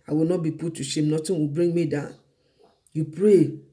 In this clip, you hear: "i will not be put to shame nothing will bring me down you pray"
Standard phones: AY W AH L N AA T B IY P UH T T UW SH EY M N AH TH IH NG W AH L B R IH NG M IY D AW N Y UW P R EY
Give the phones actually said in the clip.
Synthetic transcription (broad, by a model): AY W AH L N AA T B IY P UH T T UW SH EY M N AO T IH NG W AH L B R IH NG M IY D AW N Y UW P R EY